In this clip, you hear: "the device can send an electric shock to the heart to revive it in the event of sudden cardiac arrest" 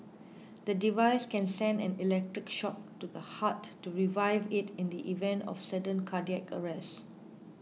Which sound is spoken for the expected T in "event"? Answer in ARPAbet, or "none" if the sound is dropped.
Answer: T